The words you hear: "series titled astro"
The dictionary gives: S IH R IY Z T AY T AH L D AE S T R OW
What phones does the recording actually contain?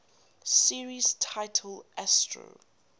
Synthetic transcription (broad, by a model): S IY R IY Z T AY T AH L AE S T R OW